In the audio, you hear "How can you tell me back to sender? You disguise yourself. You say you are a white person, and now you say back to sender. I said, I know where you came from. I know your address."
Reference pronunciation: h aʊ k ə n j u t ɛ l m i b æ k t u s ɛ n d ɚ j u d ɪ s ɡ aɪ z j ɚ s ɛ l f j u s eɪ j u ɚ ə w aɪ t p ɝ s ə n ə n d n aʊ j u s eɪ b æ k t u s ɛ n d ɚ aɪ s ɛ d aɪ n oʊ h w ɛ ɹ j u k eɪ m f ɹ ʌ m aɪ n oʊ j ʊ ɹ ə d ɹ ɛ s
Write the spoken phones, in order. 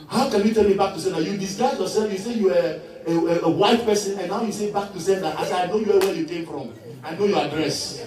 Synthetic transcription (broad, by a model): h aʊ k ə n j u t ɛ n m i b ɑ k t u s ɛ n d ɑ j u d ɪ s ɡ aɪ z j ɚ s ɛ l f j u s eɪ j u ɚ ə w aɪ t p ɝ s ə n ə n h aʊ j u s eɪ b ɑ k t u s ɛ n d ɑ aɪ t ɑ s aɪ n oʊ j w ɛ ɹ j u k eɪ m f ɹ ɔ m aɪ n oʊ j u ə d ɹ ɛ s